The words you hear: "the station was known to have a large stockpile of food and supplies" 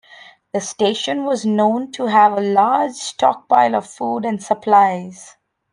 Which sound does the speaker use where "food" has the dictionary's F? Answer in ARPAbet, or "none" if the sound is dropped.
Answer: F